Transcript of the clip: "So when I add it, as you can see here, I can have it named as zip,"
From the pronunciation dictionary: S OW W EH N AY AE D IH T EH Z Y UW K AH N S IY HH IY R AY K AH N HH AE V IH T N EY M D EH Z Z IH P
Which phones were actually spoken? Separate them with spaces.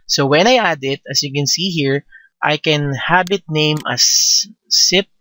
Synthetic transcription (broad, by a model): S OW W EH N AY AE D IH T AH S Y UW K AH N S IY HH IY R AY K AH N HH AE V IH T N EY M AH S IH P